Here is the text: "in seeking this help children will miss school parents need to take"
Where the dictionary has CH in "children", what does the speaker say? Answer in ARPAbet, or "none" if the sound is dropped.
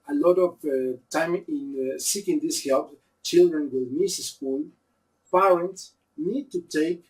CH